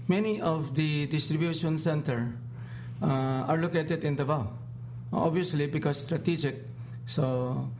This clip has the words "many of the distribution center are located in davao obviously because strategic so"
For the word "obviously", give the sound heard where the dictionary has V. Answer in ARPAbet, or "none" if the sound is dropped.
none